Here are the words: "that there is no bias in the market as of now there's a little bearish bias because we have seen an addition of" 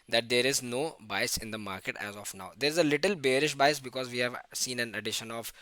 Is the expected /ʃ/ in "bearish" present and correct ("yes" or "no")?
yes